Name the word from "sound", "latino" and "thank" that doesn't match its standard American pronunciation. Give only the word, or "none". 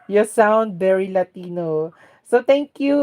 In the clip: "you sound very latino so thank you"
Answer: thank